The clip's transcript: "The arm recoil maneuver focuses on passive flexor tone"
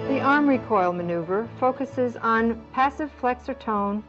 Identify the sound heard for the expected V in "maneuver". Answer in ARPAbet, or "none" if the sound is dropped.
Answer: V